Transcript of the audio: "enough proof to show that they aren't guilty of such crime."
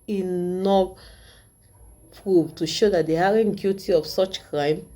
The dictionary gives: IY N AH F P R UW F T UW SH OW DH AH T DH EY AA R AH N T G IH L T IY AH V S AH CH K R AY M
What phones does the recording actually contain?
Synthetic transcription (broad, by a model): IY N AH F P R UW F T UW SH OW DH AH T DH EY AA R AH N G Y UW T IY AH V S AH CH K R AY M